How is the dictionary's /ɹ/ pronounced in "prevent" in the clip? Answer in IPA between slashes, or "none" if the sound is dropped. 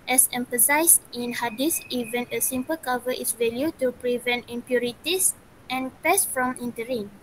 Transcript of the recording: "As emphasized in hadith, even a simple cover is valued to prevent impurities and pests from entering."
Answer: /ɹ/